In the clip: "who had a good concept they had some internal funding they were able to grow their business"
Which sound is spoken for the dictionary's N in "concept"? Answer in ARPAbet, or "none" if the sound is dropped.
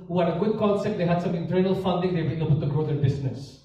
L